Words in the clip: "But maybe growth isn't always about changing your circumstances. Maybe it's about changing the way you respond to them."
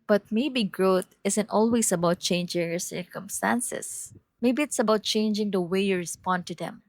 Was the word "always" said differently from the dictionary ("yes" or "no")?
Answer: yes